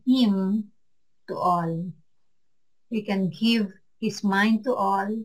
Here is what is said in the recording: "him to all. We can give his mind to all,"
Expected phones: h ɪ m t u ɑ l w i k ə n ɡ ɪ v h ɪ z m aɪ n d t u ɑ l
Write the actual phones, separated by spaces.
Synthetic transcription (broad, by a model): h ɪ m t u ɑ l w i k ə n ɡ ɪ v h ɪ s m aɪ n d t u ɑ l